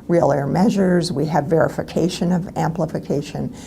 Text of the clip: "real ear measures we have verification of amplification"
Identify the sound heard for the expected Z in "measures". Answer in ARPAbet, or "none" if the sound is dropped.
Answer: Z